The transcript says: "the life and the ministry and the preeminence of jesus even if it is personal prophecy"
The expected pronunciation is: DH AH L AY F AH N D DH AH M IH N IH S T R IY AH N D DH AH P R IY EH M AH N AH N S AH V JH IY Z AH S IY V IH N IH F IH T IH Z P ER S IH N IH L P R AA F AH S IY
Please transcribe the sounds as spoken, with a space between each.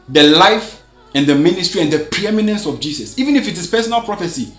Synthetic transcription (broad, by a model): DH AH L AY F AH N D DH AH M IH N IH S T R IY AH N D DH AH P R IY EH M AH N AH N S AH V JH IY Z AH S IY V IH N IH F IH T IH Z P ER S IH N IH L P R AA F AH S IY